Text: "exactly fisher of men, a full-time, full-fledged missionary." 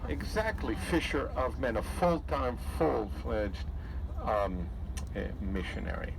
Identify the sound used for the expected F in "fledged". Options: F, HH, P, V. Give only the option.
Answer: F